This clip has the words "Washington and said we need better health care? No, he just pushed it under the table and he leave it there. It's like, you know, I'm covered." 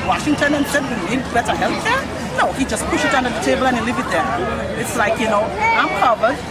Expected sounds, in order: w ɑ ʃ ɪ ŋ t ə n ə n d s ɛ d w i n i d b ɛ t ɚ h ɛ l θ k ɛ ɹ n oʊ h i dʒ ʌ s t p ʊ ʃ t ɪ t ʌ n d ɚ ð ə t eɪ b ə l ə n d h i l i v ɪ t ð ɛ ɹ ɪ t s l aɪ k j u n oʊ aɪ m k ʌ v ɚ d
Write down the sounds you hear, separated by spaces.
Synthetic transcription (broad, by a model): w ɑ ʃ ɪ ŋ t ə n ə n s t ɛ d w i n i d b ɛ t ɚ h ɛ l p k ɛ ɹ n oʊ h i dʒ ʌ s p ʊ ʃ ɪ t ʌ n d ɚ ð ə t eɪ b ə l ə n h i l i v ɪ t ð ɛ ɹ ɪ t s l aɪ k j u n oʊ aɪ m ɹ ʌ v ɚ